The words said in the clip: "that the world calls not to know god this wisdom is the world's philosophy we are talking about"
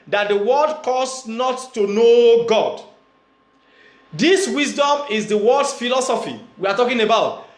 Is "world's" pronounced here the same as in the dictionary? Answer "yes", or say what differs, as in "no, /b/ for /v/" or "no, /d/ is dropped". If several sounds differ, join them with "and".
no, /l/ is dropped and /s/ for /z/